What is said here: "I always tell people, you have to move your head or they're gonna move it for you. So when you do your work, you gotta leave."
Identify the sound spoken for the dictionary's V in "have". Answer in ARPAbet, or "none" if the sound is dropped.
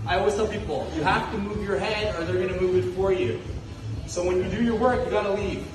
F